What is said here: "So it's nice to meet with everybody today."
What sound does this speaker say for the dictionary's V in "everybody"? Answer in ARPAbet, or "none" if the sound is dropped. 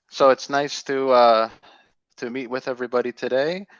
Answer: V